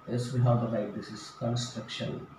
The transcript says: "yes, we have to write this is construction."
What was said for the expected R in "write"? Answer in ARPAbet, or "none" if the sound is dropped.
L